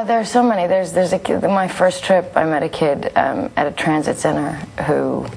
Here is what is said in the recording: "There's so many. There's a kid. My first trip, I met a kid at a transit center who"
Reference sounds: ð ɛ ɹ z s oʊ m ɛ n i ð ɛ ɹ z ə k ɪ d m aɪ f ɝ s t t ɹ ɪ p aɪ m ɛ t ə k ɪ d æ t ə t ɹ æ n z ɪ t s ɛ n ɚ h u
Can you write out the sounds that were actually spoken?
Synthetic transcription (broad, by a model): ð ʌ ɹ s oʊ m ɛ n i ð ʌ ɹ z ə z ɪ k m aɪ f ɝ s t t ɹ ɪ p aɪ m ɛ t ə k ɪ d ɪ t ə t ɹ æ n z ɪ t s ɛ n ɚ h u